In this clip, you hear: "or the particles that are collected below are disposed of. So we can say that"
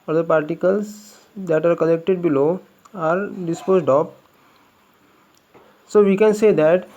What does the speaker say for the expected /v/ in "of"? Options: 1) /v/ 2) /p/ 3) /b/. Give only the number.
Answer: 2